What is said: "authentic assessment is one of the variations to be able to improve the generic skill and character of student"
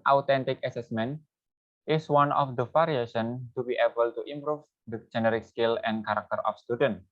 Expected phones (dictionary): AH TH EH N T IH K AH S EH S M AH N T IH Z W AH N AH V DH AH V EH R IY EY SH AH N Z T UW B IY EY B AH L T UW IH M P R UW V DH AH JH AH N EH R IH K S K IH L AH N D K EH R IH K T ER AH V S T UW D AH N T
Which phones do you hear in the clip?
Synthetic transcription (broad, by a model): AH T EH N T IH K AH S EH S M AH N T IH S W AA N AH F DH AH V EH R IY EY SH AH N T UW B IY EY B AH L T UW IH M P R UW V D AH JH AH N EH R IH K S K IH L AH N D K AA R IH K T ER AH F S T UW D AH N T